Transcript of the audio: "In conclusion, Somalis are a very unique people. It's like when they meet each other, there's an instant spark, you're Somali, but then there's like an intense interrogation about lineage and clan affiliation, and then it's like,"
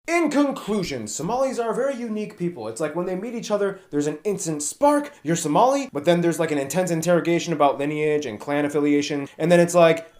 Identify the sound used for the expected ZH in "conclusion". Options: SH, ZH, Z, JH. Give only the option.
ZH